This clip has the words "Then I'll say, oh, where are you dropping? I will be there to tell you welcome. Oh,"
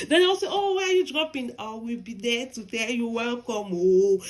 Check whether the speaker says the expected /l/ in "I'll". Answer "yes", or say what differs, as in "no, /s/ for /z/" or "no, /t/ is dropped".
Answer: no, /w/ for /l/